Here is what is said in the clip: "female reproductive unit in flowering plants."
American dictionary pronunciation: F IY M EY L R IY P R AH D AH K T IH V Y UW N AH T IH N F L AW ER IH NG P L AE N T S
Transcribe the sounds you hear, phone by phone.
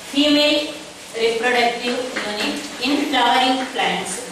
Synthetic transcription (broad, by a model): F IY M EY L R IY P R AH D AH K T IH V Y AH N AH IH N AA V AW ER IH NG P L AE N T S